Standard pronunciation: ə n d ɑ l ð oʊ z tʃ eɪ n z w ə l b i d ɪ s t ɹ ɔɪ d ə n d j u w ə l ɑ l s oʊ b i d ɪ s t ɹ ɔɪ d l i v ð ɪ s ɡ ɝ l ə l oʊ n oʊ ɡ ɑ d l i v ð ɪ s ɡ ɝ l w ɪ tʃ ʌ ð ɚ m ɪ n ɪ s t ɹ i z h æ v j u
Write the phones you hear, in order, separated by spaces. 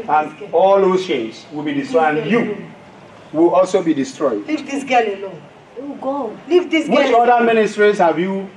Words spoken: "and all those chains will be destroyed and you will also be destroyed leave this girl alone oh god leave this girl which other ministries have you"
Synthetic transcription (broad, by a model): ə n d ɑ l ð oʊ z ʃ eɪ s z w ə l b i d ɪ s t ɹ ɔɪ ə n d j u w ə l ɑ l s oʊ b i d ɪ s t ɹ ɔɪ d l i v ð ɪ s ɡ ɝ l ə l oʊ oʊ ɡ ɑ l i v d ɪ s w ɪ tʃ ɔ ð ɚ m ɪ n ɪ s t ɹ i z h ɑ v j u